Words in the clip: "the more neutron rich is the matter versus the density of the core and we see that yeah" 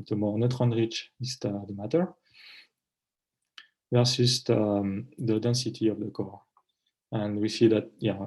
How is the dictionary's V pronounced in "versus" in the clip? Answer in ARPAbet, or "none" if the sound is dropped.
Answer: P